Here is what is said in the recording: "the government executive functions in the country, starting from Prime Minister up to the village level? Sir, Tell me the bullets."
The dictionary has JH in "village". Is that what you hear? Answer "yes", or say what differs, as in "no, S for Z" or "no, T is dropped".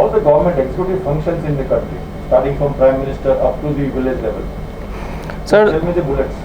no, Z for JH